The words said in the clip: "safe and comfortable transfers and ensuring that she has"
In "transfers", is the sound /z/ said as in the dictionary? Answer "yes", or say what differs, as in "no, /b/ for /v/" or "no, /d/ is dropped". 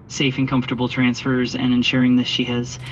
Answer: yes